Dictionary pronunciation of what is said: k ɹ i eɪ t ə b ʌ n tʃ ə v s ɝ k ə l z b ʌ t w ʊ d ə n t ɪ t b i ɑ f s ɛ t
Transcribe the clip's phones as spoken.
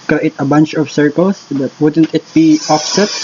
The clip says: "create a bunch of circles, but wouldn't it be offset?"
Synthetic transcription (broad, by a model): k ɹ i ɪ t ə b ʌ n tʃ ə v s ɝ k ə l s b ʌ t w ʊ d ə n t ɪ t b i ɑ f s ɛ t